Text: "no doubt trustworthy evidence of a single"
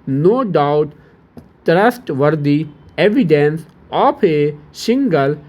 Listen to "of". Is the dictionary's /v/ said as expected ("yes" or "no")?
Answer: no